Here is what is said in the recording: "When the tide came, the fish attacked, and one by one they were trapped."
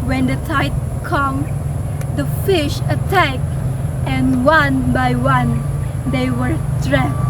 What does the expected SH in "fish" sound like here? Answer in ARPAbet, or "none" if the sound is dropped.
SH